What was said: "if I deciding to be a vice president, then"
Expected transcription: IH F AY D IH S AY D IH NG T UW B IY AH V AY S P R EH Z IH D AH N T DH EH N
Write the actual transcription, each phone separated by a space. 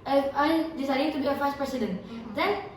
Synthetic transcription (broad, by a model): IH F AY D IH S AY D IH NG T UW B IY AH F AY S P R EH S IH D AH N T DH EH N